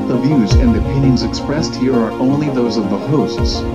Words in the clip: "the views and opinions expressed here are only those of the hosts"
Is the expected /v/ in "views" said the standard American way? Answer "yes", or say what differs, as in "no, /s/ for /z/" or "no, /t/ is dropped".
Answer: yes